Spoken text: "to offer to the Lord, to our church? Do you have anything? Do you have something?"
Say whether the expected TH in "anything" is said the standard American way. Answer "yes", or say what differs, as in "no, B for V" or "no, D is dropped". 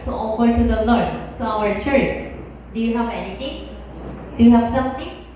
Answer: no, T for TH